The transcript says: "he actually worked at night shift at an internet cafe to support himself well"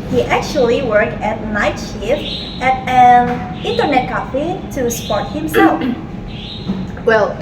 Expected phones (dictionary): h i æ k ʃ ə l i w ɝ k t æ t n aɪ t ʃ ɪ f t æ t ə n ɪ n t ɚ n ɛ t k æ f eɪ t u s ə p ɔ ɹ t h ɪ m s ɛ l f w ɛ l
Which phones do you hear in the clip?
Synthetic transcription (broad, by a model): h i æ k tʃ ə l i w ɝ k t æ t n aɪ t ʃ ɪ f æ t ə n ɪ n t ɚ n ɛ t k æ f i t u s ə p ɔ ɹ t h ɪ m s ɛ l f w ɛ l